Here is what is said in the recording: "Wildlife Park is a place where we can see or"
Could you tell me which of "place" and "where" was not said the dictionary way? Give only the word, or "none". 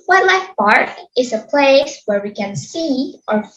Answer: none